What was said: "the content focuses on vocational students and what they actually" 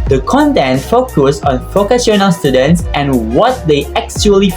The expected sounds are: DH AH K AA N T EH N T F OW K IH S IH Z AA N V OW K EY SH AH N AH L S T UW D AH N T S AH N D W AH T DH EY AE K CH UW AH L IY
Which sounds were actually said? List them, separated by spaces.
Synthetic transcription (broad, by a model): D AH K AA N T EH N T F OW K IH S AA N F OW K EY S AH N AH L S T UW D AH N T S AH N W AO T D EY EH K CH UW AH L IY